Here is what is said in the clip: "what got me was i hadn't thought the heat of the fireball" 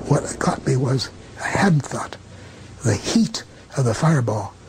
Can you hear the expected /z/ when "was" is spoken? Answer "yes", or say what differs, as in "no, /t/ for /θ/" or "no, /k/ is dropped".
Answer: yes